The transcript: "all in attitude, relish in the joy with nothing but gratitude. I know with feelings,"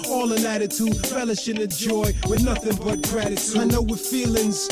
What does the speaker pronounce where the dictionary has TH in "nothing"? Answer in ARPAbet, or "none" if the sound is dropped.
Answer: TH